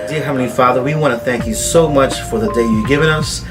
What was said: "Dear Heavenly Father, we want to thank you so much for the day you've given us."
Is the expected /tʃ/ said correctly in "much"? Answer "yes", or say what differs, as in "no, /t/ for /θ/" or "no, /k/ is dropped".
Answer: yes